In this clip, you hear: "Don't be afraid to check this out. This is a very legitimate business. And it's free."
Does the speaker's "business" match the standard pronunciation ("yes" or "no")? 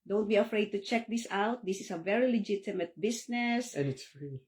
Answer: no